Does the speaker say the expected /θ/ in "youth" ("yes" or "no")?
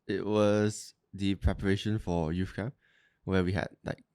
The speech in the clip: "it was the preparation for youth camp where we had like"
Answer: no